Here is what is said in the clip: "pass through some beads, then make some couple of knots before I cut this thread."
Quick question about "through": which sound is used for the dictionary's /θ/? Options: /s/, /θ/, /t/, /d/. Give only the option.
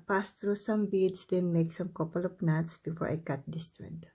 /t/